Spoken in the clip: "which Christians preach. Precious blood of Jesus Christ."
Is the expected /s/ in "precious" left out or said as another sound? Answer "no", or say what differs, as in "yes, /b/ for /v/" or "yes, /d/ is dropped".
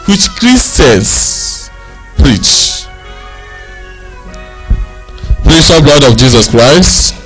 yes, /s/ is dropped